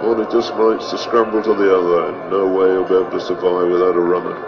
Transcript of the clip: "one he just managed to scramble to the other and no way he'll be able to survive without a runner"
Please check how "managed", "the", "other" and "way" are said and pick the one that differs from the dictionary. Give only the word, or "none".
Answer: managed